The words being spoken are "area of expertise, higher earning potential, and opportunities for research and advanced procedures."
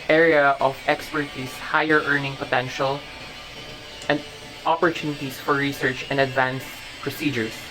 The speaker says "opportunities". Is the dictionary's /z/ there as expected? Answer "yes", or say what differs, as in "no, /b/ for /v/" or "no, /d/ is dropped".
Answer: no, /s/ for /z/